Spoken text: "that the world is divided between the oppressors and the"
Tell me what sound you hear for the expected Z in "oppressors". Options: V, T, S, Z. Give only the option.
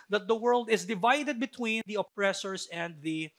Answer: S